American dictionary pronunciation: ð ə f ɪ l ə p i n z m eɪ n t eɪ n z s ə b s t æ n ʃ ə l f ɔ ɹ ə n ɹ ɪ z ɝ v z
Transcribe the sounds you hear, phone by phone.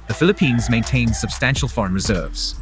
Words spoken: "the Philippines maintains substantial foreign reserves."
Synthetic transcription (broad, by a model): ð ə f ɪ l ə p i n z m eɪ n t eɪ n s ə b s t æ n ʃ ə l f ɔ ɹ ə n ɹ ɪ z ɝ v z